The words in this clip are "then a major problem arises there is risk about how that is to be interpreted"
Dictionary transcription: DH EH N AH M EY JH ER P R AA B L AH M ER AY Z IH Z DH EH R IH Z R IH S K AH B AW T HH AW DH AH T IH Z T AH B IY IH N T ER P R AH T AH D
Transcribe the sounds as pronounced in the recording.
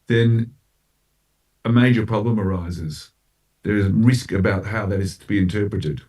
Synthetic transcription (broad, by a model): DH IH N AH M EY JH ER P R AA B L AH M ER AY Z IH Z DH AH R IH Z R IH S K AH B AW T HH AW DH AH T IH Z T AH B IY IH N T ER P R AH T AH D